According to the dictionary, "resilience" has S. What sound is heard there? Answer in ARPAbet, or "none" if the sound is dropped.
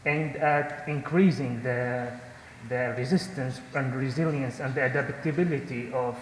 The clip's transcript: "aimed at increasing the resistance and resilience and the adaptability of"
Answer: S